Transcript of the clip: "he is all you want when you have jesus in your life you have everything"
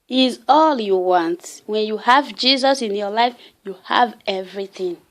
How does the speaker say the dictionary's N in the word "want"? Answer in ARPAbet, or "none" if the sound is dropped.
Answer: N